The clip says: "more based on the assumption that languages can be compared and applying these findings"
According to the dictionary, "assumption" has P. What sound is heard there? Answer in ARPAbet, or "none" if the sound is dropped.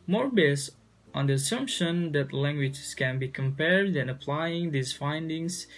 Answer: P